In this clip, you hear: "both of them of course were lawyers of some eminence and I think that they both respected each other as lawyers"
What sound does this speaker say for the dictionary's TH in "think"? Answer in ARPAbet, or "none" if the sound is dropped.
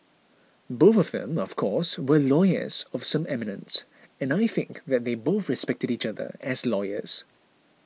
TH